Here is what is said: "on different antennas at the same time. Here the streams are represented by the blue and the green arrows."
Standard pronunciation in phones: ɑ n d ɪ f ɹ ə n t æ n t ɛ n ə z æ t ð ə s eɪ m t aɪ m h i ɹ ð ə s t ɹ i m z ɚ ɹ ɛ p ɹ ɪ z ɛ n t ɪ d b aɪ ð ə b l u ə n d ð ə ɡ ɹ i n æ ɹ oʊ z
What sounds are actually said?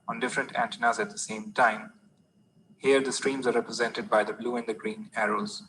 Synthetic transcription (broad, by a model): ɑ n d ɪ f ɹ ə n t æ n t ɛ n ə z æ t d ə s eɪ m t aɪ m h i ɹ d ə s t ɹ i m z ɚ ɹ ɛ p ɹ ɪ z ɛ n t ɪ d b aɪ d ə b l u ə n d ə ɡ ɹ i n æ ɹ oʊ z